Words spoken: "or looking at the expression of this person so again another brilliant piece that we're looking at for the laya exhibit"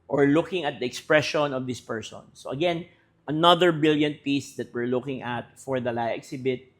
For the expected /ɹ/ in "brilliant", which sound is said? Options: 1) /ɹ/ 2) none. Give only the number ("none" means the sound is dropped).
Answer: 2